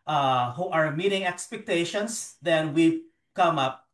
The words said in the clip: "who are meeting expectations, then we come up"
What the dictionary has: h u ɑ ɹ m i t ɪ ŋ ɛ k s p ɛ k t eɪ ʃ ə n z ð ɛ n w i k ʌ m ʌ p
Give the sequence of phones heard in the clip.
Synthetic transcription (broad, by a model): h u ɑ ɹ m i t ɪ ŋ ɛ k s p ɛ k t eɪ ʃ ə n s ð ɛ n w i k ʌ m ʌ p